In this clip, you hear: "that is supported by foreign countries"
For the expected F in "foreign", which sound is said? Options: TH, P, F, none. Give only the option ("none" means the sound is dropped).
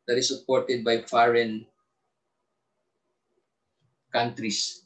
F